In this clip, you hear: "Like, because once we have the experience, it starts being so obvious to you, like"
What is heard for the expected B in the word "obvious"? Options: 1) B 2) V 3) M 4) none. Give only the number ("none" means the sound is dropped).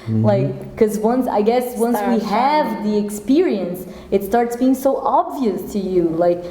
1